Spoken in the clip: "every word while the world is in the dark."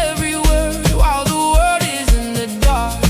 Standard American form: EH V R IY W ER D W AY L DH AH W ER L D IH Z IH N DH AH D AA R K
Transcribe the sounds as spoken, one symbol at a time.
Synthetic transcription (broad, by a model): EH V R IY W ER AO L DH AH W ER D IH Z IH N DH AH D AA